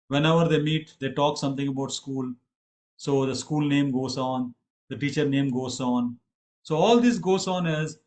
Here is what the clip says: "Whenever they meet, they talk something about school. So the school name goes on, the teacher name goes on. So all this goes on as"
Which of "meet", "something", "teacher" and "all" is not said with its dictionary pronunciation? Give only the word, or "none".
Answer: something